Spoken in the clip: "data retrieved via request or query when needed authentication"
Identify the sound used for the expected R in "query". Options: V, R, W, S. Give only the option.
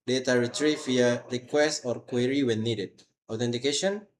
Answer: R